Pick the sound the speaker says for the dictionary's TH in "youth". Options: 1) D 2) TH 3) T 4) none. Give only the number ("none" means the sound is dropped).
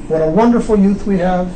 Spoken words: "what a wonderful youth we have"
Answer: 2